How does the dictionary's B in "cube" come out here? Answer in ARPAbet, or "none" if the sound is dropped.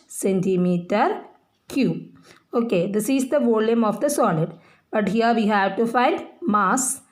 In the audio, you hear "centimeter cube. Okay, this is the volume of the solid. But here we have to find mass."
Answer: none